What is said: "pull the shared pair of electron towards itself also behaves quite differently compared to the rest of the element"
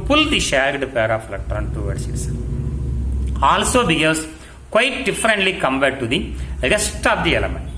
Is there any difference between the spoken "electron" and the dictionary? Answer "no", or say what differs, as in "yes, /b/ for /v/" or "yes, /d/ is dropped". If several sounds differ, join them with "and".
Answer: yes, /k/ is dropped